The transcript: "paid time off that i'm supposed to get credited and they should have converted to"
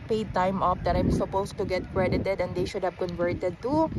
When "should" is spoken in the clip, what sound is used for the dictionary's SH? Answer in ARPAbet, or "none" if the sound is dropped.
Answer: SH